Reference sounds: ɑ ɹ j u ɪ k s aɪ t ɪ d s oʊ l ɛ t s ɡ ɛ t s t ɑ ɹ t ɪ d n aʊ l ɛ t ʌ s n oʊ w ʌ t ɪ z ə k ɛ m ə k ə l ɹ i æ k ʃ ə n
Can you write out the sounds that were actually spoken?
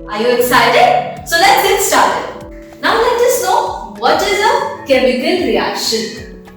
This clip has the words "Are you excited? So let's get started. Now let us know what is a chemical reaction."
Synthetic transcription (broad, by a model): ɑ ɹ j u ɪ k s aɪ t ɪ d s oʊ l ɛ t s ɡ ɛ t s t ɑ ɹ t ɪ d n aʊ l ɛ t ʌ s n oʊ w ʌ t ɪ z ə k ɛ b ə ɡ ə n ɹ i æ k ʃ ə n